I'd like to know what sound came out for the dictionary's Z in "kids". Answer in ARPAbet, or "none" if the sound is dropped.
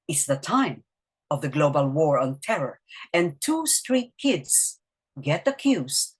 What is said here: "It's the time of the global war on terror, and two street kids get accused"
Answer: S